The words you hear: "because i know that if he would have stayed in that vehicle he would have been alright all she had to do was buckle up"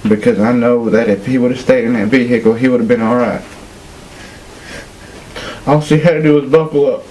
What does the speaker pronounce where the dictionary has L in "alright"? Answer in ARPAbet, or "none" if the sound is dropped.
L